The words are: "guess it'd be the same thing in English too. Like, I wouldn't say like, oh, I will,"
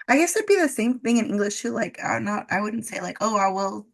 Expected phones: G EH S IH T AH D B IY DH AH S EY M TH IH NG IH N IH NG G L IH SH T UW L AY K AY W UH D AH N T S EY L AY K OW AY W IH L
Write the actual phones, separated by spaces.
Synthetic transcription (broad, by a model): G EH S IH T B IY DH AH S EY M TH IH NG IH N IH NG G L IH SH T UW L AY K AY W UH D N T S EY L AY K OW AY W IH L